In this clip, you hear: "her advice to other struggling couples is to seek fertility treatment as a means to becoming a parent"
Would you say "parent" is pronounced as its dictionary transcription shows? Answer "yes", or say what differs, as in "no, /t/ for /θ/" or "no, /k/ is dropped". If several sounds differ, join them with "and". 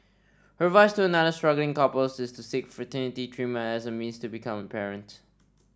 yes